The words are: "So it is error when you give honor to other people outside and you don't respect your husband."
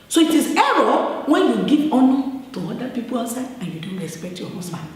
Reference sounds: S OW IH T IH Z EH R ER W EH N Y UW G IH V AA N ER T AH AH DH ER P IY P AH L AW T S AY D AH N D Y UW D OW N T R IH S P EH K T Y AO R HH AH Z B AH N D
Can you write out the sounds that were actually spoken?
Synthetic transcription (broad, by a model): S OW IH T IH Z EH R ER W EH N Y UW G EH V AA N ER T AH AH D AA P IY P AH L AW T S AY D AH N Y UW D OW N T R IH S P EH K T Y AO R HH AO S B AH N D